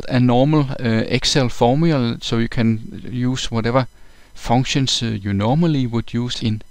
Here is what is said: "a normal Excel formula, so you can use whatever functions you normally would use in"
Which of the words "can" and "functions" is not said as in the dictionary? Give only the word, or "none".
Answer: functions